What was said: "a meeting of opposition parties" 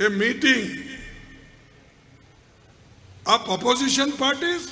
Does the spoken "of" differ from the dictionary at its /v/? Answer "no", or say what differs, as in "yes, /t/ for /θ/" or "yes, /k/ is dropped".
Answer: yes, /p/ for /v/